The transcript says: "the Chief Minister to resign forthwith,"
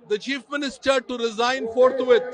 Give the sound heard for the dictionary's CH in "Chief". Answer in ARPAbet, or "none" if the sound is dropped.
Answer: CH